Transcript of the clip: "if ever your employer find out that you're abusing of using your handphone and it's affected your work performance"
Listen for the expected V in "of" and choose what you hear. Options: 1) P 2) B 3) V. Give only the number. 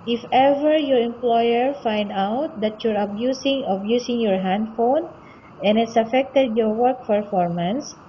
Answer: 2